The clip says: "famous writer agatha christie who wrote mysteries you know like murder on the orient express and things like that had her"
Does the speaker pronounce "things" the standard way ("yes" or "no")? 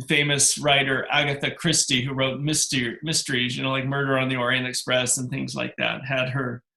yes